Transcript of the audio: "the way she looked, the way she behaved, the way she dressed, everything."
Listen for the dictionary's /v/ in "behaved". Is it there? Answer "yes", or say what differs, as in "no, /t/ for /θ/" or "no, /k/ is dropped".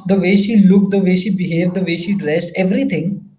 yes